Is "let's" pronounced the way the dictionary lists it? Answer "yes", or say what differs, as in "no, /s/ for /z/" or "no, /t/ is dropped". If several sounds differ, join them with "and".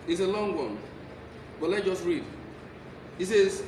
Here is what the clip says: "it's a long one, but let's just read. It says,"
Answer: no, /s/ is dropped